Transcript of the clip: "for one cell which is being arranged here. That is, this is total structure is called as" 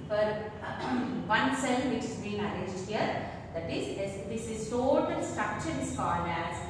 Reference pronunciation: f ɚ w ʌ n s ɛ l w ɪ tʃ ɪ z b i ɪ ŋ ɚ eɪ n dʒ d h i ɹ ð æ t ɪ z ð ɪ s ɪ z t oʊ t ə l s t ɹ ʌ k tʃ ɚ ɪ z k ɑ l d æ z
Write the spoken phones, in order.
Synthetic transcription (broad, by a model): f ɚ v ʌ n s ɛ l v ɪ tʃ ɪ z b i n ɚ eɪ dʒ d h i ɹ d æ t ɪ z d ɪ s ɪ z t oʊ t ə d s t ɹ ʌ k tʃ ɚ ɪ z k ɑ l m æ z